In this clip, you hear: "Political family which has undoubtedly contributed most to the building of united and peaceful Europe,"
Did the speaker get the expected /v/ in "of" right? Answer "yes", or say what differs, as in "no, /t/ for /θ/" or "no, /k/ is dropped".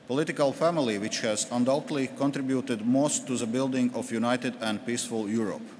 no, /f/ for /v/